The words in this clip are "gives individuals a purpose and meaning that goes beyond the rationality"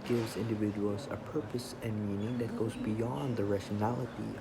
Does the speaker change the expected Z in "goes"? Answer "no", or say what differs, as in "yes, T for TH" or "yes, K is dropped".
no